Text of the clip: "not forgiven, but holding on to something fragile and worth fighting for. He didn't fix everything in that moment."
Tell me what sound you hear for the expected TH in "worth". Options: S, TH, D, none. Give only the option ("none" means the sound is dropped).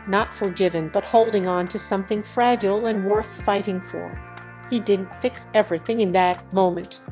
TH